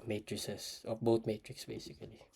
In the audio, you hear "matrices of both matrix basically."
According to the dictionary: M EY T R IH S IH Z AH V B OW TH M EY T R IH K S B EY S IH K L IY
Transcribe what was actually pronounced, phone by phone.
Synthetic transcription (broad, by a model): M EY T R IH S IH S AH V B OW T M EY T R IH K S B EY S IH K L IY